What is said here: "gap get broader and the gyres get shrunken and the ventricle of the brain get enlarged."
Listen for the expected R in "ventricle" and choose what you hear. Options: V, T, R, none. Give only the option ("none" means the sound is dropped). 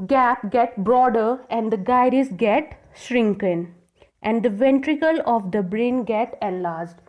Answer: R